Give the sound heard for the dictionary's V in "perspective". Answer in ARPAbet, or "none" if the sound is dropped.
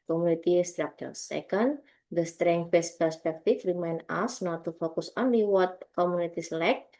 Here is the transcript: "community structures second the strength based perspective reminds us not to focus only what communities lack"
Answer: F